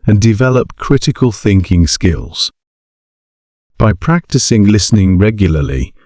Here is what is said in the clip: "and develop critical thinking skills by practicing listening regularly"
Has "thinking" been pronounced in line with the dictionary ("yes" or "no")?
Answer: yes